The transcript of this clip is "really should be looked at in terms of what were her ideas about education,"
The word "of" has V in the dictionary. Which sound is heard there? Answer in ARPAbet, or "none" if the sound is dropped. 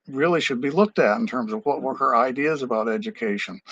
V